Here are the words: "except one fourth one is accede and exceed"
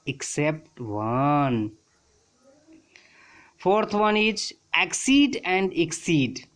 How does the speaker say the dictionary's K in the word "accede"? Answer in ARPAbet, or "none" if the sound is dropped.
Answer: K